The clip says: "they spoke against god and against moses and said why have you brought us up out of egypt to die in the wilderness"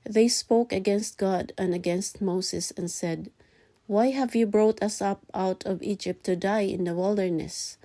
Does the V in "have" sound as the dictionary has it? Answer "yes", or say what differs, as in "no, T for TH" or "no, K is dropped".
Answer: yes